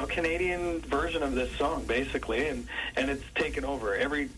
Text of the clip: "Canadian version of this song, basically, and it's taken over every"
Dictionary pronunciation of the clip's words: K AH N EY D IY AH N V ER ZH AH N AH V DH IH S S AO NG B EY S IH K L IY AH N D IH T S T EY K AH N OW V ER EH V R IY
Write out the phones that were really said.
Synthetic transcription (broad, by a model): K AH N EY D IY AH N V ER ZH AH N AH V DH IH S S AO NG B EY S IH K L IY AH N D IH T S T EY K AH N OW V ER EH V R IY